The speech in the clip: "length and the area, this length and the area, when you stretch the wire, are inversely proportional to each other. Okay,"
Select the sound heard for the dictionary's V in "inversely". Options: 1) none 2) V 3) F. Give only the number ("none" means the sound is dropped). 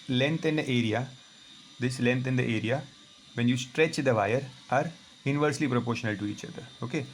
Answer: 2